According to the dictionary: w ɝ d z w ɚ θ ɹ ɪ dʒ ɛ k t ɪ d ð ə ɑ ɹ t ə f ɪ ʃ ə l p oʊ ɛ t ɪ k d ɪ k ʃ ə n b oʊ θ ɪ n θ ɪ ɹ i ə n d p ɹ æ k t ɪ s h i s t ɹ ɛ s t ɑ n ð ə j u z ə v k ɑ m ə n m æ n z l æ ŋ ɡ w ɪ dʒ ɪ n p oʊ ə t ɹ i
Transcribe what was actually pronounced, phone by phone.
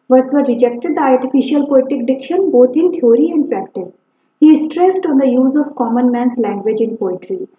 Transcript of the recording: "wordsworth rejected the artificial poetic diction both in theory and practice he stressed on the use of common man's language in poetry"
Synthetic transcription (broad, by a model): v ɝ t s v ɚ ɹ ɪ dʒ ɛ k t ɪ d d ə ɑ ɹ t ə f ɪ ʃ ə l p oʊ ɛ t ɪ k d ɪ k ʃ ə n b oʊ t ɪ n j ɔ ɹ i ə n d p ɹ æ k t ɪ s h i s t ɹ ɛ s t ɑ n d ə j u z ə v k ɑ m ə n m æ n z l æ ŋ ɡ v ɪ dʒ ɪ n p oʊ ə t ɹ i